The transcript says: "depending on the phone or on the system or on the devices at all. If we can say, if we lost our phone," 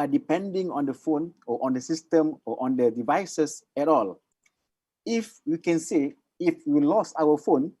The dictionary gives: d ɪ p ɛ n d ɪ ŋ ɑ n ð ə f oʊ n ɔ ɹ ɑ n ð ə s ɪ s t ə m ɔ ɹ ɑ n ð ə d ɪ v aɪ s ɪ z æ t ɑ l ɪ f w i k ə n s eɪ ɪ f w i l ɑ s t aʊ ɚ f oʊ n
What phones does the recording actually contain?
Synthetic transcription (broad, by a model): d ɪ p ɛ n d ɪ ŋ ɑ n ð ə f oʊ n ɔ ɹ ɑ n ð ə s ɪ s t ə m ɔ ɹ ɑ n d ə d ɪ v aɪ s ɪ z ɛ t ɑ l ɪ f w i k ə n s eɪ ɪ f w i l ɑ s aʊ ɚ f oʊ n